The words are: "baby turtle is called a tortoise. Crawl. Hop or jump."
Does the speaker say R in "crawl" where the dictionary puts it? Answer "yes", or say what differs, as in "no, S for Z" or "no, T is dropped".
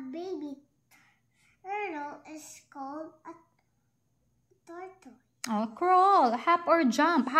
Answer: yes